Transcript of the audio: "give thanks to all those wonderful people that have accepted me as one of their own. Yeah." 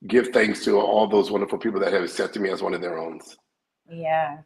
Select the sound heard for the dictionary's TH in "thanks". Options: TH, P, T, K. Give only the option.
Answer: TH